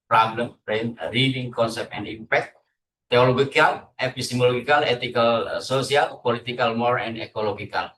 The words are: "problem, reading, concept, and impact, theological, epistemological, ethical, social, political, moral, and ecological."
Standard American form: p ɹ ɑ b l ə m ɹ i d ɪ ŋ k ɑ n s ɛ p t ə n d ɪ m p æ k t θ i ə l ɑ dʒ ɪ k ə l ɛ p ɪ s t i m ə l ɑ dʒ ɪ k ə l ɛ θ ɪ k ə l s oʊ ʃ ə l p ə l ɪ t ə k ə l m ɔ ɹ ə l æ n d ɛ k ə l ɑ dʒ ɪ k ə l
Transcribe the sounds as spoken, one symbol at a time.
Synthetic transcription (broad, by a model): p ɹ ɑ b l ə m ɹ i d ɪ ŋ k ɑ n s ɛ p t ə n d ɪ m p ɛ k t t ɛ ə l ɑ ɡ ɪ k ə l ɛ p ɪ s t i m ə l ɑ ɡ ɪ k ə l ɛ t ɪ k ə l s oʊ s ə l p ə l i t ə k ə l m ɔ ɹ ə n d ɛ k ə l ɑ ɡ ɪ k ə l